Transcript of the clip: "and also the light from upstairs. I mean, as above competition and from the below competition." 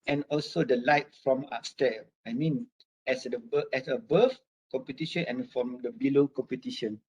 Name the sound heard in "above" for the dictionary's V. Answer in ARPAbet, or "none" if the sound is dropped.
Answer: F